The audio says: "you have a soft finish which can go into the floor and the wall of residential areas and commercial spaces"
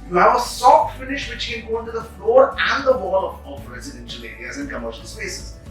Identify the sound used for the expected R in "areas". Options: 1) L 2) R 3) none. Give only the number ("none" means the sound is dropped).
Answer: 3